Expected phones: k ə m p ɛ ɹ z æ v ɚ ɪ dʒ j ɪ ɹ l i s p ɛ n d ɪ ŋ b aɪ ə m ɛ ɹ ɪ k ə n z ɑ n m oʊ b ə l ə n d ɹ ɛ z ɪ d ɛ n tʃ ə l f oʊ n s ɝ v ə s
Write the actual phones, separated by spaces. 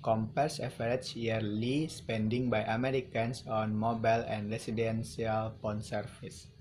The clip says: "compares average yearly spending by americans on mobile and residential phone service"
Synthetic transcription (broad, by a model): k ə m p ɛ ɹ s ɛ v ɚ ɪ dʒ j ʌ ɹ l i s p ɛ n d ɪ ŋ b aɪ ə m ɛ ɹ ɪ k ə n s ɑ n m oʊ b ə l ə n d ɹ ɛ s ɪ d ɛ n s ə l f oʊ n s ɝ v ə s